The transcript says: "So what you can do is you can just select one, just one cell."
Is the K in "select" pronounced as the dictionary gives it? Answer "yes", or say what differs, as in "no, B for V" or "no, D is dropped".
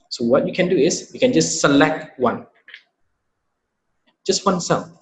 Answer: yes